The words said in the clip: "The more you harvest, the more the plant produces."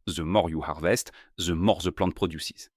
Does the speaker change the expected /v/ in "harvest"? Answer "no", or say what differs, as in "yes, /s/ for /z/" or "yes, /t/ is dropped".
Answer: no